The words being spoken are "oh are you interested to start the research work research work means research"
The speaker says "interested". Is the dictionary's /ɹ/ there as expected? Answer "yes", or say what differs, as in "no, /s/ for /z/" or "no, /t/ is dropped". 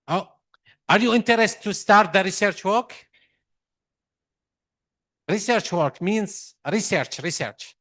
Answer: no, /ɹ/ is dropped